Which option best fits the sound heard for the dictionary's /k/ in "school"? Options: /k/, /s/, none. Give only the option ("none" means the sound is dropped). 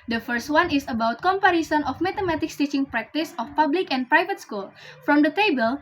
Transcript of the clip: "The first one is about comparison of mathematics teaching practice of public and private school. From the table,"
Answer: /k/